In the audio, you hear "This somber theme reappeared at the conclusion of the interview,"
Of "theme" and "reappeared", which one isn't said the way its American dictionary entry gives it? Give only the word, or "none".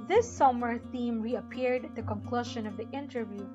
none